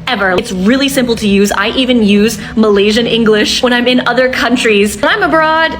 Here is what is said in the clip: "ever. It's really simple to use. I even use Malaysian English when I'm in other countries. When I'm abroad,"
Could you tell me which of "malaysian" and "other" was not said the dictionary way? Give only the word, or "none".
none